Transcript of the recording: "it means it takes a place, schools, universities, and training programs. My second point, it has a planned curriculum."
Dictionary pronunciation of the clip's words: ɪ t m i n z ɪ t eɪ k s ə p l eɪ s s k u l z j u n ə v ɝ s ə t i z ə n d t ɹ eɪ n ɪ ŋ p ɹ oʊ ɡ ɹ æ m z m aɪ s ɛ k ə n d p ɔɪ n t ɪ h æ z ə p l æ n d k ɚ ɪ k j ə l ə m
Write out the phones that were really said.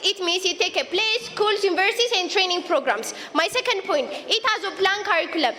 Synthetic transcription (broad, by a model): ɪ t m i n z ɪ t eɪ k ə p l eɪ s s k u l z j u n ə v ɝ s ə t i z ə n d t ɹ eɪ n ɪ ŋ p ɹ oʊ ɡ ɹ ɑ m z m aɪ s ɛ k ə n d p ɔɪ n t ɪ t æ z ə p l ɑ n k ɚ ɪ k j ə l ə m